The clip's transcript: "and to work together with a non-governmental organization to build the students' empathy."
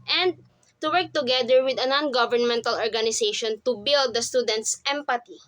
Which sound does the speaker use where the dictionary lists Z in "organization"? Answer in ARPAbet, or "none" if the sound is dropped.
S